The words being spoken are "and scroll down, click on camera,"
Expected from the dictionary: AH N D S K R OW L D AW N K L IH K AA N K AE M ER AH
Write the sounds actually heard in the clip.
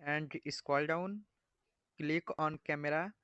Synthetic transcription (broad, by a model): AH N D S K OW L D AW N K L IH K AA N K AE M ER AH